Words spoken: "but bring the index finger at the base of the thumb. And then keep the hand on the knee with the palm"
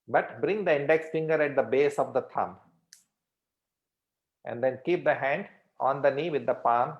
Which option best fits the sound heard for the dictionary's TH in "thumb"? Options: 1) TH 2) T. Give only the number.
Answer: 2